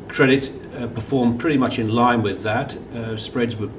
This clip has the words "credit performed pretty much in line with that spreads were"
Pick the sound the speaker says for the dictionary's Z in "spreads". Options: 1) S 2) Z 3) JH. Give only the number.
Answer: 2